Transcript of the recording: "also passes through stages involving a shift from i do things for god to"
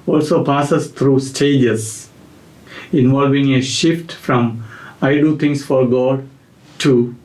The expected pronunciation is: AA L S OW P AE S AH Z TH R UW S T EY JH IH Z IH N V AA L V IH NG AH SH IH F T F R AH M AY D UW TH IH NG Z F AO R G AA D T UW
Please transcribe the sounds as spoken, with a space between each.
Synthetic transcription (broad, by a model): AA L S OW P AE S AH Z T R UW S T EY JH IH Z IH N V AA L V IH NG AH SH IH F T F R AH M AY D UW T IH NG S F AO R G AA D T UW